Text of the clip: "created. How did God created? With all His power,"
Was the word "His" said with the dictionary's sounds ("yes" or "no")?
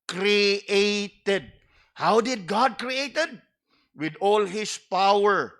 no